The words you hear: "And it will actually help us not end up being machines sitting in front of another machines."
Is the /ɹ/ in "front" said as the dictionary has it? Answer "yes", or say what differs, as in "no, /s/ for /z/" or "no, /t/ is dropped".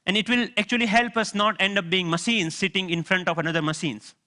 yes